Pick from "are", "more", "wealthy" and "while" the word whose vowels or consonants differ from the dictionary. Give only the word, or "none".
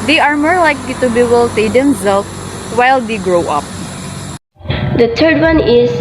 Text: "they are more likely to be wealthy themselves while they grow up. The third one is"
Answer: wealthy